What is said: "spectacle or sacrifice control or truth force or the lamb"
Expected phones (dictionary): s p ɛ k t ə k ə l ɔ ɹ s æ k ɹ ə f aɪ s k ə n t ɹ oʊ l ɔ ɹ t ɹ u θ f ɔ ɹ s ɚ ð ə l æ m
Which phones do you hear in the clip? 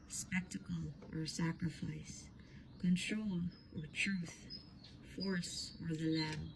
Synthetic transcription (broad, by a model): s p ɛ k t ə k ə l ɔ ɹ s æ k ɹ ə f aɪ s k ə n t ɹ oʊ l ɔ ɹ t ɹ u θ f ɔ ɹ s ɚ ð ə l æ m